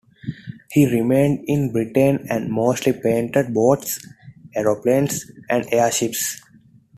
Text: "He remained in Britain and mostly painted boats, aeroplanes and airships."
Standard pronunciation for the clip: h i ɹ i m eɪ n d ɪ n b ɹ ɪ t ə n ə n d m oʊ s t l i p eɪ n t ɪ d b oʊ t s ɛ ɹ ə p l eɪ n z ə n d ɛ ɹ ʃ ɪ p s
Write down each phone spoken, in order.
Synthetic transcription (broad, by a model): h i ɹ i m eɪ n d ɪ n b ɹ ɪ t ə n ə n d m oʊ s t l i p eɪ n t ɪ d b oʊ t s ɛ ɹ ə p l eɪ n s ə n d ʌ ɹ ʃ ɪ p s